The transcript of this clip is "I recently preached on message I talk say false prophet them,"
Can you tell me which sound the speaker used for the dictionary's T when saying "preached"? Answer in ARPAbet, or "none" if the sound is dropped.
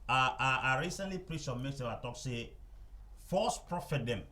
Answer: none